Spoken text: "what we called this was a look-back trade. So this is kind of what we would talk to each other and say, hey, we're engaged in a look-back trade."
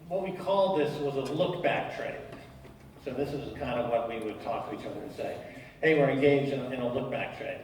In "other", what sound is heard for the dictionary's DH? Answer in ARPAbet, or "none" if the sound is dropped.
none